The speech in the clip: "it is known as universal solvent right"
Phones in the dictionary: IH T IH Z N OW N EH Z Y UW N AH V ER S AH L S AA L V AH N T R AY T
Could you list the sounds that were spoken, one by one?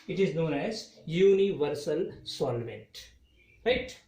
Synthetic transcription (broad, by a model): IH T IH Z N OW N EH Z Y UW N AH V ER S AH L S AA L V AH N T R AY T